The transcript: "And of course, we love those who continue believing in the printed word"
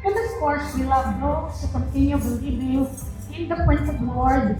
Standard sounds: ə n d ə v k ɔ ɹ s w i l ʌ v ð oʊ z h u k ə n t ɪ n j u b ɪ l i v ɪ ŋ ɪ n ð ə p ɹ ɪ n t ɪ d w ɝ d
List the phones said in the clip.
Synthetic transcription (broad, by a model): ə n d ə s k ɔ ɹ s w i l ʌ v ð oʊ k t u k ə n t ɪ n j u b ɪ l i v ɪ ɪ n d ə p ɹ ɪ n s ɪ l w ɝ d